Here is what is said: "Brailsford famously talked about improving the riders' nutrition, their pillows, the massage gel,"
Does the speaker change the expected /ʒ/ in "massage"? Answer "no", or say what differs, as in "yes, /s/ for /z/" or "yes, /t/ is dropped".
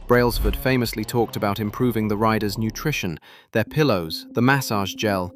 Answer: no